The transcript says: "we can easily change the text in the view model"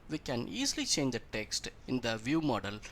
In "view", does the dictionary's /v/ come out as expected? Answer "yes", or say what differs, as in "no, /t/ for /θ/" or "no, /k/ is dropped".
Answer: yes